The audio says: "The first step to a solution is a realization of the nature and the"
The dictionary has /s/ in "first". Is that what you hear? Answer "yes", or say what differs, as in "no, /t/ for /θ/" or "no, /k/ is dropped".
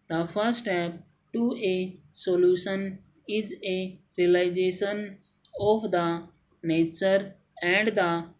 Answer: no, /s/ is dropped